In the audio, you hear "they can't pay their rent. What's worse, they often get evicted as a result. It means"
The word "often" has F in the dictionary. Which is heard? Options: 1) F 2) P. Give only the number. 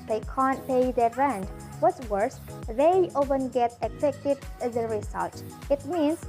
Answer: 2